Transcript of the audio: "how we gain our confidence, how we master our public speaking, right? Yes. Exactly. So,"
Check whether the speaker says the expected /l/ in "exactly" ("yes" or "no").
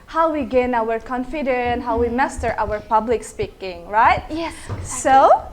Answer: no